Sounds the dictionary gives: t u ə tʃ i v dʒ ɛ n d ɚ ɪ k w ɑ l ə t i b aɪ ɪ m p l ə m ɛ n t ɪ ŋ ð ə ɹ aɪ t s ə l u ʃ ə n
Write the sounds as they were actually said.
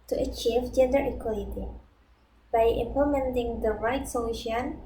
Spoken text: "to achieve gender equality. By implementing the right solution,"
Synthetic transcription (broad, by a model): t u ə tʃ i v dʒ ɛ n d ɚ ɪ k w ɑ l ə t i b aɪ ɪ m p ə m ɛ n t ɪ ŋ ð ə ɹ aɪ t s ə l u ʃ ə n